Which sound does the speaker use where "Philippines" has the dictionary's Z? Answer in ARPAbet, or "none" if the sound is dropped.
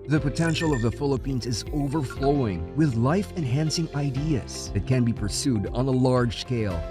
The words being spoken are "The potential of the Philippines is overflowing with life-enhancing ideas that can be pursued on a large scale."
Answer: Z